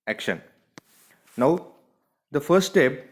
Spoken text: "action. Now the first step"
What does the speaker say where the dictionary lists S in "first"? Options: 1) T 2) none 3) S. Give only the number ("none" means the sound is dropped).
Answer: 2